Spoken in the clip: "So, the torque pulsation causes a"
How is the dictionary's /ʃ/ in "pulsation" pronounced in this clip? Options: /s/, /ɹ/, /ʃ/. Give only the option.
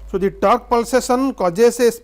/s/